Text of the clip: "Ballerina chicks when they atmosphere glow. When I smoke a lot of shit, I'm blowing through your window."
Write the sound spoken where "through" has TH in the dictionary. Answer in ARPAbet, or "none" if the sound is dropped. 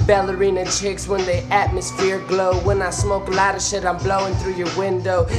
TH